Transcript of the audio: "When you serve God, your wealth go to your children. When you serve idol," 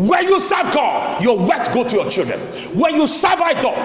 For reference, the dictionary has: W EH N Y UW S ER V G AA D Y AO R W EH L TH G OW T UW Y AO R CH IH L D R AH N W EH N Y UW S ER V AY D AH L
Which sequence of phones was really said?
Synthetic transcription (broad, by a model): W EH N Y UW S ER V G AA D Y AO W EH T G OW T UW Y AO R CH IH L D R AH N W EH N Y UW S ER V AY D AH